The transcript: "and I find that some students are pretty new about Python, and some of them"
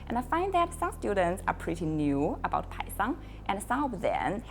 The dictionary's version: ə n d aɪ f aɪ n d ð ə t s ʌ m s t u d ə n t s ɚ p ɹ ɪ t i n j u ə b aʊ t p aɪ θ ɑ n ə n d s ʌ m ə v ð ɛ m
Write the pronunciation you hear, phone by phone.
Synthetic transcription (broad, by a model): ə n aɪ f aɪ n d ð ə t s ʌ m s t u d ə n t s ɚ p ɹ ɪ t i n j u ə b aʊ t p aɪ s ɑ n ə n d s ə b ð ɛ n